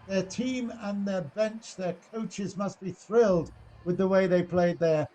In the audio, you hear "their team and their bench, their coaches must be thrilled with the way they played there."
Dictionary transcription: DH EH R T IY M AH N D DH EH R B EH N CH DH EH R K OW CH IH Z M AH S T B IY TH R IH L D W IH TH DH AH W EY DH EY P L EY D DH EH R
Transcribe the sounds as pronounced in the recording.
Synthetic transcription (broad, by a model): DH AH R T IY M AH N DH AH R B EH N CH DH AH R K OW CH IH Z M AH S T B IY TH R IH L D W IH DH AH W EY DH EY P L EY D DH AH R